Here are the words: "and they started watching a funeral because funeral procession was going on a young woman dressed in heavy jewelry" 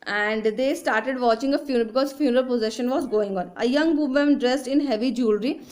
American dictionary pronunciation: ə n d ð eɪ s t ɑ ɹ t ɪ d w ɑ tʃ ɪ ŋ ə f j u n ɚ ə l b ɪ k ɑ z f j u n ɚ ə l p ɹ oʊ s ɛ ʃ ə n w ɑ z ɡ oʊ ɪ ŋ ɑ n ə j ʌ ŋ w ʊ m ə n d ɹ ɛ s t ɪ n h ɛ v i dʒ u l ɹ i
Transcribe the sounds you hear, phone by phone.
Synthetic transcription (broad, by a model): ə n d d eɪ s t ɑ ɹ t ɪ d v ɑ tʃ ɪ ŋ ə f j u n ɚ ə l b ɪ k ɑ z f j u n ɚ ə l p oʊ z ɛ ʃ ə n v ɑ z ɡ oʊ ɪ ŋ ɑ n ə j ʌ ŋ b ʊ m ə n d ɹ ɛ s t ɪ n h ɛ v i dʒ u l ɹ i